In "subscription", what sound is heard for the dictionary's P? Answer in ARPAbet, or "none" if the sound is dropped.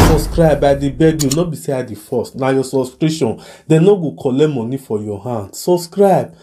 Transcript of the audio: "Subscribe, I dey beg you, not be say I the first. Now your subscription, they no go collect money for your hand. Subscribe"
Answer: none